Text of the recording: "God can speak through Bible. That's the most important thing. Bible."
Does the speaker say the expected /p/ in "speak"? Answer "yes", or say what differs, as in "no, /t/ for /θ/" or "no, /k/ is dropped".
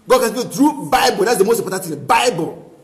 no, /b/ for /p/